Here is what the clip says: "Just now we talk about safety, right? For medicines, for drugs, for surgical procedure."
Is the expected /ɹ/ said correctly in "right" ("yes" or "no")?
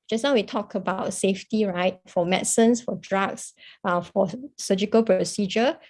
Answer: yes